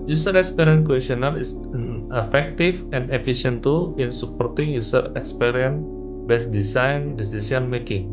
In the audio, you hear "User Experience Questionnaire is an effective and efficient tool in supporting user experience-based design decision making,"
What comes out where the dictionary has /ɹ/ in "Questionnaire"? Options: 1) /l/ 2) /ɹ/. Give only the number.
1